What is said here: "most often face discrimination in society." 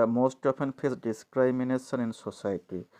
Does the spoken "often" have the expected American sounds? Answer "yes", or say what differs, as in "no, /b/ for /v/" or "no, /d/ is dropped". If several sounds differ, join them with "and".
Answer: no, /p/ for /f/